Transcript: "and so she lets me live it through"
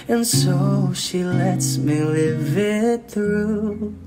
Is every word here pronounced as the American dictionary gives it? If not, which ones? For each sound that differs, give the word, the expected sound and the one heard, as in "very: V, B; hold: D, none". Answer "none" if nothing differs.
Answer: none